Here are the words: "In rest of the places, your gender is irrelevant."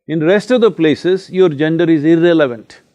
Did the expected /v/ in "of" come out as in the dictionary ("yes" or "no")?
yes